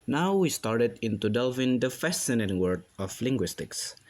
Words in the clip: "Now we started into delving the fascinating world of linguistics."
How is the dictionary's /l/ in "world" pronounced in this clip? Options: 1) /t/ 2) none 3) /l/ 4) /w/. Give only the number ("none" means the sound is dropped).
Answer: 2